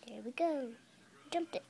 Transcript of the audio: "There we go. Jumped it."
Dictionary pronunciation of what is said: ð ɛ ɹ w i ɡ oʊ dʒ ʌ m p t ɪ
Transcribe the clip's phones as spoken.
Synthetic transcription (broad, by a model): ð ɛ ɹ w i ɡ oʊ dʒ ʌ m t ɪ